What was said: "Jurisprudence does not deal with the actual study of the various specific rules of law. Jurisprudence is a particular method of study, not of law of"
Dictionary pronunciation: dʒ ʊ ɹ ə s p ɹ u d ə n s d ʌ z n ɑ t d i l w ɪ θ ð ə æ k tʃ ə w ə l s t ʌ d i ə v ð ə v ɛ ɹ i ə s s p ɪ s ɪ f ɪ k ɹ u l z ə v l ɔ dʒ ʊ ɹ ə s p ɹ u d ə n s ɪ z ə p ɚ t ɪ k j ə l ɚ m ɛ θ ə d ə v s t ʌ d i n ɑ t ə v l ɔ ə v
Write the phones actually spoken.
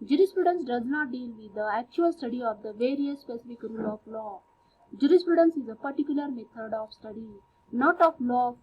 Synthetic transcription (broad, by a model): dʒ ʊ ɹ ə s p ɹ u d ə n s d ʌ z n ɑ t d i l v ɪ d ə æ k tʃ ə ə l s t ʌ d i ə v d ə v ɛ ɹ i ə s s p ɪ s ɪ f ɪ k ɹ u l ə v l ɔ dʒ ʊ ɹ ə s p ɹ u d ə n s ɪ z ə p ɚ t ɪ k j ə l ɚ m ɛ t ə d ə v s t ʌ d i n ɑ t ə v l ɔ